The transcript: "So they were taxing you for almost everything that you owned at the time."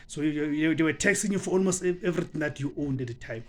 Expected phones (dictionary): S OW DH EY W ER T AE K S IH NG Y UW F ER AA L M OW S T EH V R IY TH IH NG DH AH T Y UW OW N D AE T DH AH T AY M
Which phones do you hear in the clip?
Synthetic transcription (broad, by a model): S OW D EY W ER T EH K S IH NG Y UW F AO AA L M OW S T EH V R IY T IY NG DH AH T Y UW OW N D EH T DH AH T AY M